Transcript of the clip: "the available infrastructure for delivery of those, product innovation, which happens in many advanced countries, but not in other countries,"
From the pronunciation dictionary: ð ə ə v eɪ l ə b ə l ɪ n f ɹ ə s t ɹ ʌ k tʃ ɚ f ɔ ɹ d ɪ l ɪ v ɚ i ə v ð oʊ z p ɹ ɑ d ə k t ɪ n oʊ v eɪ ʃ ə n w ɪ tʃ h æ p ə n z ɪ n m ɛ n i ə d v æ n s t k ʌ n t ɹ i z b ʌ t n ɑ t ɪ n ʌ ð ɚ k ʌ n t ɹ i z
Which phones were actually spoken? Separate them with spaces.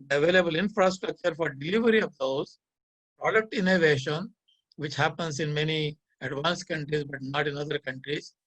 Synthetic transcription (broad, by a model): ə ə v eɪ l ə b ə l ɪ n f ɹ ə s t ɹ ʌ k tʃ ɚ f ɔ ɹ d ɪ l ɪ v ɚ i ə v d oʊ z p ɹ ɑ d ə k t ɪ n oʊ v eɪ ʃ ə n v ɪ tʃ h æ p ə n s ɪ n m ɛ n i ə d v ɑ n s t k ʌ n t ɹ i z b ʌ t n ɑ t ɪ n ʌ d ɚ k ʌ n t ɹ i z